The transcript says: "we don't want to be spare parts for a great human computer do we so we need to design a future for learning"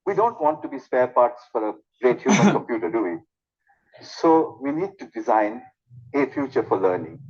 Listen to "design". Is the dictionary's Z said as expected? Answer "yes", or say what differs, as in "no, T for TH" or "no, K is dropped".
yes